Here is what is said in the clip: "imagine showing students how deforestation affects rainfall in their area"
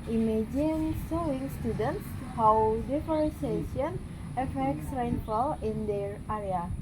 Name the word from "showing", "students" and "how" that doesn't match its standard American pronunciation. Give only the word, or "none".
showing